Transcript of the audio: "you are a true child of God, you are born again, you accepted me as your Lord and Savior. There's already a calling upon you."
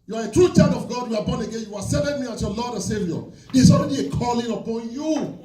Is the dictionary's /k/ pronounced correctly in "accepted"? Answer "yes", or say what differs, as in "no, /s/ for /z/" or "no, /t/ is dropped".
no, /k/ is dropped